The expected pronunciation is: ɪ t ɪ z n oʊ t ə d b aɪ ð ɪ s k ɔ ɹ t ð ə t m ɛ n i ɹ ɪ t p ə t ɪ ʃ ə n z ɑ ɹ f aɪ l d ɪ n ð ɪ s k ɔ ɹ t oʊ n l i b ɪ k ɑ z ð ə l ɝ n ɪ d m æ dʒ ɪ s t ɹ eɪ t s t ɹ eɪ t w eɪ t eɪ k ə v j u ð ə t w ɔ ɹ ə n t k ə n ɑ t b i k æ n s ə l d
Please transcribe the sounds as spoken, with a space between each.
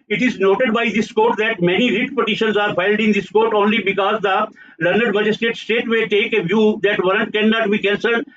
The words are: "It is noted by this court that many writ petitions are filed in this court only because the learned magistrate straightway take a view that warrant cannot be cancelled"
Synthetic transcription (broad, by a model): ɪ t ɪ z n oʊ t ə d b aɪ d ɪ s k ɔ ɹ t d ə t m ɛ n i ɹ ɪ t p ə t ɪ ʃ ə n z ɑ ɹ f aɪ l d ɪ n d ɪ s k ɔ ɹ t oʊ n l i b ɪ k ɑ z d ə l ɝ n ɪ d m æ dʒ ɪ s t eɪ t s t eɪ t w eɪ t eɪ k ə v j u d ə t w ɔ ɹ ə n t k ə n ɑ t b i k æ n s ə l